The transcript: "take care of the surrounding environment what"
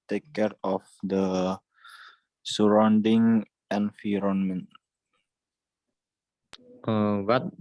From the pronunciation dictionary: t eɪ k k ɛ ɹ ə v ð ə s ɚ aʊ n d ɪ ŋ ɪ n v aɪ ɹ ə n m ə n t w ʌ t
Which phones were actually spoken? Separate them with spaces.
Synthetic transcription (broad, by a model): t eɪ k k ɛ ɹ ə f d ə s ɚ aʊ n d ɪ ŋ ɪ n f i ɹ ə n m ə n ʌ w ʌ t